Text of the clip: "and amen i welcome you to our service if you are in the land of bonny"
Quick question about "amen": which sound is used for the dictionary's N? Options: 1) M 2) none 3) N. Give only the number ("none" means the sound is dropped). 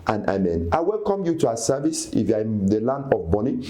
3